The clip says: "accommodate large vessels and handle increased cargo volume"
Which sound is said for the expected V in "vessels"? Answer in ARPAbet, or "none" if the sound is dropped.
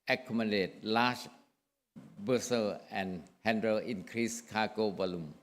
B